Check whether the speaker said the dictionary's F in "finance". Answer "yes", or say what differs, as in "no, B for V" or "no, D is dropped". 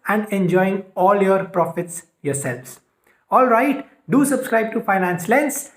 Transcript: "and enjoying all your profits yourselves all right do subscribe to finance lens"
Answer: yes